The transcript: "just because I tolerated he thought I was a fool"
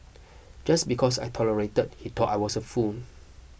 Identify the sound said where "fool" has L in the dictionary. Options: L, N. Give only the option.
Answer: N